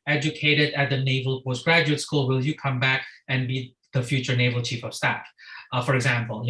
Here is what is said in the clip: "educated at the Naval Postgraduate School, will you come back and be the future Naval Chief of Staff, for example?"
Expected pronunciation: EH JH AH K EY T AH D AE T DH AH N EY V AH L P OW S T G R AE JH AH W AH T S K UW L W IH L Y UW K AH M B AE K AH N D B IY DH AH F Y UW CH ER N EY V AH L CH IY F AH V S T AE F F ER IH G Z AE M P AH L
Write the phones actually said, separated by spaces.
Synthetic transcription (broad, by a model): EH JH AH K EY T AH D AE T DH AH N EY V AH L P OW S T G R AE JH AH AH T S K UW L W IH L Y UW K AH M B AE K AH N B IY DH AH F Y UW CH ER N EY V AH L CH IY F AH V S T AE F F ER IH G Z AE M P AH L